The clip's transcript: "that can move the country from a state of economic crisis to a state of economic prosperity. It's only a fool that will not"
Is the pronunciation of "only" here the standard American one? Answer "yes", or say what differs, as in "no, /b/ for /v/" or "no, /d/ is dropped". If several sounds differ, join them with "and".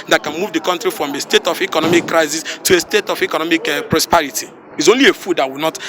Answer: yes